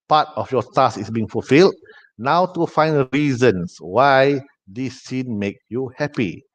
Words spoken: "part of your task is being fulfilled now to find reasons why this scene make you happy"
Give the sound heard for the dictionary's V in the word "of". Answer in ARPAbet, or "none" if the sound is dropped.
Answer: F